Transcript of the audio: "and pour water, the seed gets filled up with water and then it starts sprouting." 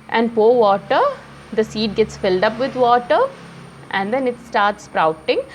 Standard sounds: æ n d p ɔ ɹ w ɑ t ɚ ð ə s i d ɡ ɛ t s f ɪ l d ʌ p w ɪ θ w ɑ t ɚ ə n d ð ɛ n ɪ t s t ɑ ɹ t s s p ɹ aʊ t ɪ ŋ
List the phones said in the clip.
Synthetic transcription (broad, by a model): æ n d p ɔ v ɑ t ɚ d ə s i d ɡ ɛ t s f ɪ l d ʌ p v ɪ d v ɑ t ɚ ə n d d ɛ n ɪ t s t ɑ ɹ t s s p ɹ aʊ t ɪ ŋ